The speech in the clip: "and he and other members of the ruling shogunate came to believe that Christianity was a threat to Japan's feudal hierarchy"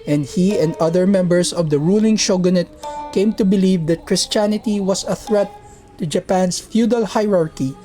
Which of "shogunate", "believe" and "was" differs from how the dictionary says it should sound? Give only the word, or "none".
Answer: was